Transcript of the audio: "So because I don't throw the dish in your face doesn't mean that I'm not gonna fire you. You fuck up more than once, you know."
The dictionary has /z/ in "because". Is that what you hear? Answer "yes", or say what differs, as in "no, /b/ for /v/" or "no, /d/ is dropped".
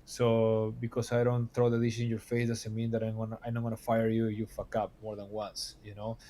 no, /s/ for /z/